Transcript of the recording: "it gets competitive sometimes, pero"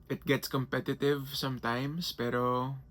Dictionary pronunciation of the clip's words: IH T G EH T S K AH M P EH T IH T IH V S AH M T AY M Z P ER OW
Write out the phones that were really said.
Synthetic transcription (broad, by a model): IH T G EH T S K AH M P EH T IH T IH V S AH M T AY M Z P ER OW